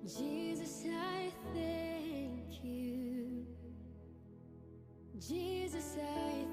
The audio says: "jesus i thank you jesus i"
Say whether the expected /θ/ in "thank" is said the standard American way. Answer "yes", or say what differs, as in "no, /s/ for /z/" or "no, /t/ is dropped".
yes